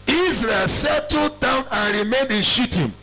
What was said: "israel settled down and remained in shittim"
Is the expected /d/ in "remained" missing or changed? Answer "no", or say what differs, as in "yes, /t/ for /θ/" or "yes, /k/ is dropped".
no